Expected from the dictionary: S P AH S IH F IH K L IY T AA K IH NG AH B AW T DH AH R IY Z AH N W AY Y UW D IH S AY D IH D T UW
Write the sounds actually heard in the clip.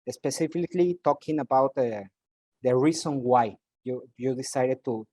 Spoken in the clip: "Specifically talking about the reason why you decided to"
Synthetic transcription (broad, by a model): S P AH S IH F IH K L IY T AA K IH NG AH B AW T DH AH R IY S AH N W AY Y UW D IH S AY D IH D T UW